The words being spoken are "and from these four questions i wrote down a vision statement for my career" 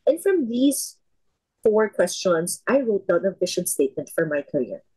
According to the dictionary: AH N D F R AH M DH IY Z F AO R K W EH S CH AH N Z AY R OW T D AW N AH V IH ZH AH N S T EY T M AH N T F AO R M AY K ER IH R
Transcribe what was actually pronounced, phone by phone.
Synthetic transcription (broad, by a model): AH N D F R AH M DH IY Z F AO R K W EH S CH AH N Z AY R OW T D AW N AH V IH SH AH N S T EY T M AH N T F AO R M AY K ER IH R